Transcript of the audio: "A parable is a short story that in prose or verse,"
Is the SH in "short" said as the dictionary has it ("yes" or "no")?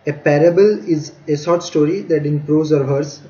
no